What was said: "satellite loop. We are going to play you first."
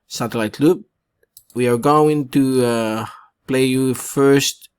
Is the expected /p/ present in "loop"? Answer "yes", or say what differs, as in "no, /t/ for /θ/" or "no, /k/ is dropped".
no, /b/ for /p/